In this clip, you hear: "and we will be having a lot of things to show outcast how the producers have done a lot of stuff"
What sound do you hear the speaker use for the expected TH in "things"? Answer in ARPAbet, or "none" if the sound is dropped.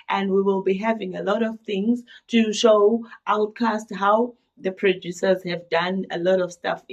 TH